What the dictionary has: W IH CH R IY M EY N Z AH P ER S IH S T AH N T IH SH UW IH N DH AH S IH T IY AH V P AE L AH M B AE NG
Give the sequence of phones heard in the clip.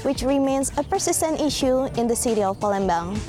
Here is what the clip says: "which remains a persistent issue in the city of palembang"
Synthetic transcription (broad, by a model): W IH CH R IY M EY N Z AH P ER S IH S T AH N T IH SH UW IH N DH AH S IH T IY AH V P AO L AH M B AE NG